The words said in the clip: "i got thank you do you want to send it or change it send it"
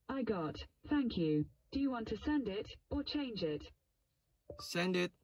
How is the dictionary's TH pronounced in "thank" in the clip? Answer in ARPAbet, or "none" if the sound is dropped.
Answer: TH